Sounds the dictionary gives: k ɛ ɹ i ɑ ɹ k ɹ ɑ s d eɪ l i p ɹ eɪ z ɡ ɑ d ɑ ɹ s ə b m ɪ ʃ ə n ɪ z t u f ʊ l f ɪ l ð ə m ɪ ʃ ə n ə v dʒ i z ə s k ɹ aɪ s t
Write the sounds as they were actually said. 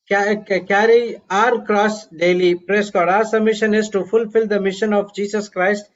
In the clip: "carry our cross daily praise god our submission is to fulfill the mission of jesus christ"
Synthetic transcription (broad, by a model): k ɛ ɹ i ɑ ɹ k ɹ ɑ s d eɪ l i p ɹ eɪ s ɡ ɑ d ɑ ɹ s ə m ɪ ʃ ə n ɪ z t u f ʊ l f ɪ l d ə m ɪ ʃ ə n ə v dʒ i s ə s k ɹ aɪ s t